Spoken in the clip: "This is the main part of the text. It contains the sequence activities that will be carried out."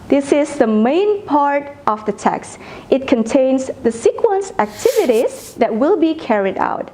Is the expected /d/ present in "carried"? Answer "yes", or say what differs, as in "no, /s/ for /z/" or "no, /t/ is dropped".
yes